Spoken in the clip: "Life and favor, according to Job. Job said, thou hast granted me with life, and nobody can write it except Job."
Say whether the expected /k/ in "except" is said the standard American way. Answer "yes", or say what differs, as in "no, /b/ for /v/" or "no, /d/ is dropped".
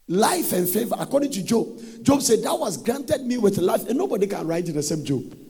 no, /k/ is dropped